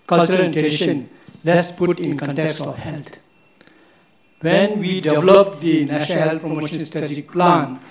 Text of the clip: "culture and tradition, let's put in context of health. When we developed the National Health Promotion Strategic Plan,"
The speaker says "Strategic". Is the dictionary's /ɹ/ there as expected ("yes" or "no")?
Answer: no